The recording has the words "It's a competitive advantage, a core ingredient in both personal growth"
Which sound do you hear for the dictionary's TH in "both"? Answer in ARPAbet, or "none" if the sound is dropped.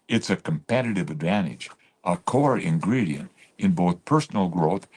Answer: TH